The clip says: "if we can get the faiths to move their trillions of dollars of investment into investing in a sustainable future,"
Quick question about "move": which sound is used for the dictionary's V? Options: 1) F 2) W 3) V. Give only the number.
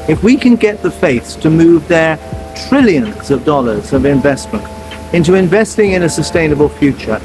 3